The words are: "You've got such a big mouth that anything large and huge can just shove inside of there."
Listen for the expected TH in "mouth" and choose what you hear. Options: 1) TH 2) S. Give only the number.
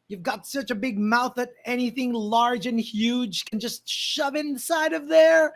1